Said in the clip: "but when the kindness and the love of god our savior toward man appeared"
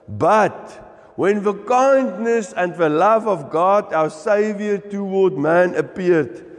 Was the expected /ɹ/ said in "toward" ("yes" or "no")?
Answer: no